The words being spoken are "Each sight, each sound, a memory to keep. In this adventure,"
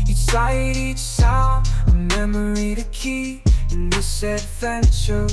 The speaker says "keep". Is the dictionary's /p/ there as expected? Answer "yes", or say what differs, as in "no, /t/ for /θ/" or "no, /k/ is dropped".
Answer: no, /p/ is dropped